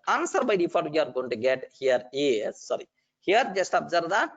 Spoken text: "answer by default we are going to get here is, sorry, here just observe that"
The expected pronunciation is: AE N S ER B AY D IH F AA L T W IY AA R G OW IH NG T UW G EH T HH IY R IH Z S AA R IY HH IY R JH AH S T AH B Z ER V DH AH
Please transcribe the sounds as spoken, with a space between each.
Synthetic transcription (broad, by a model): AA N S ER B AY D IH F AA T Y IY AA R G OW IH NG T UW G EH T HH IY R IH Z S AA R IY HH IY R JH AH S T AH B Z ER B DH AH